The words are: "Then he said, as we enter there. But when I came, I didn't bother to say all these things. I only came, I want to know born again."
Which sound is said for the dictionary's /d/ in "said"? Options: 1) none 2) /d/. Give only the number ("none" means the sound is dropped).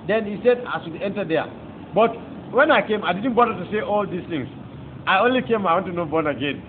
2